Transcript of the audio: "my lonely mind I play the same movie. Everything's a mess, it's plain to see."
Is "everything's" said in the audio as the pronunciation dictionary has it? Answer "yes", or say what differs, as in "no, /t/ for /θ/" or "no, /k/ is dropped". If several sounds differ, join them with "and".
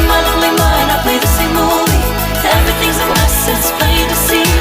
yes